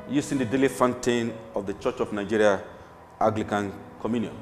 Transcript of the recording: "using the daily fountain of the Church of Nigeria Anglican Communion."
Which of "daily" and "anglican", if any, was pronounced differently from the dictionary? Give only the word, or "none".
anglican